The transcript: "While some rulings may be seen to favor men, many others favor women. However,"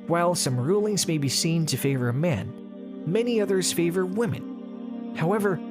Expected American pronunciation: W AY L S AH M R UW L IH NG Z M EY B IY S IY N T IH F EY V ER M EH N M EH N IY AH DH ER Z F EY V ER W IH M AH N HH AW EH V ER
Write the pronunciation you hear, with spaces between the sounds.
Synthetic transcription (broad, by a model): W AY L S AH M R UW L IH NG Z M EY B IY S IY N T IH F EY V ER M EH N M EH N IY AH DH ER Z F EY V ER W IH M AH N HH AW EH V ER